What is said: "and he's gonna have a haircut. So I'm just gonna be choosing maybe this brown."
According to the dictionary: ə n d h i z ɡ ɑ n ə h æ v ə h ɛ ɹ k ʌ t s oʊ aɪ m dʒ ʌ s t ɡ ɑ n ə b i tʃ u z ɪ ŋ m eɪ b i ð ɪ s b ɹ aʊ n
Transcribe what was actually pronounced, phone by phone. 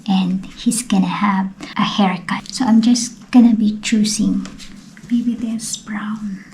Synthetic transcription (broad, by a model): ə n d h i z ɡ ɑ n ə h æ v ə h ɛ ɹ k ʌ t s oʊ aɪ m dʒ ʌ s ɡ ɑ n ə b i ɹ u s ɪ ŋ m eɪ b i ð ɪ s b ɹ aʊ n